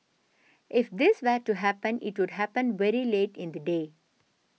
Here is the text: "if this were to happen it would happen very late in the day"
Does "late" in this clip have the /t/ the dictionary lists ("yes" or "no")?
yes